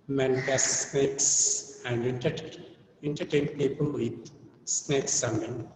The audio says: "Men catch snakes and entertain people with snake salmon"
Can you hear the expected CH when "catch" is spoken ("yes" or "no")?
no